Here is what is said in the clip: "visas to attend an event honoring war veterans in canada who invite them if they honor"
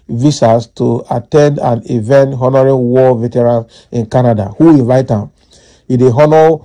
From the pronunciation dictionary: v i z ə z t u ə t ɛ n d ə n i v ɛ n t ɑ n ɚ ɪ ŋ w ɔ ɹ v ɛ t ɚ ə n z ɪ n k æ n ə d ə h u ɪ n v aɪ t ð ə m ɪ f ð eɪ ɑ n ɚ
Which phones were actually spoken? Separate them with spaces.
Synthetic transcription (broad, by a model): v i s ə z t u ə t ɛ n d ə n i v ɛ n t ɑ n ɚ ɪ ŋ w ɔ v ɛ t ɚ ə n ɪ n k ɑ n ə d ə h u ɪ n v aɪ t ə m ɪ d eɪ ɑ n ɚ